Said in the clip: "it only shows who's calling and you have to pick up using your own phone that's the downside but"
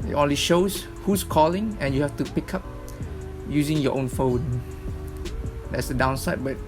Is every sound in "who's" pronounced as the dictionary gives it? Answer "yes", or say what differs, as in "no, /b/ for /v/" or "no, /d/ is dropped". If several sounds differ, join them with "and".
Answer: no, /s/ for /z/